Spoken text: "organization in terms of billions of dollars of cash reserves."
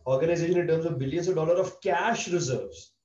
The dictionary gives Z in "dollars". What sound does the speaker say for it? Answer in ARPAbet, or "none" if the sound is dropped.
none